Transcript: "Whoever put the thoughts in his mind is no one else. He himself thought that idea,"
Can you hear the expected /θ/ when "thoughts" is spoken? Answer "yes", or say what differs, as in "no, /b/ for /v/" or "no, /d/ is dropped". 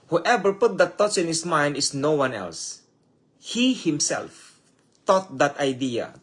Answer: no, /t/ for /θ/